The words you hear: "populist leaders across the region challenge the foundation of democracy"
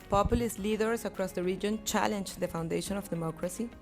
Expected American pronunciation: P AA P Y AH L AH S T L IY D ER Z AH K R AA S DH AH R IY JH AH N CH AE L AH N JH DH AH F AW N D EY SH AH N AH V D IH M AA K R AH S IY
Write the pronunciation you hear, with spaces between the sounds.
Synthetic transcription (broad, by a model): P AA P Y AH L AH S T L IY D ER S AH K R AA S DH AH R IY JH AH N CH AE L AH N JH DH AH F AW N D EY SH AH N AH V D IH M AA K R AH S IY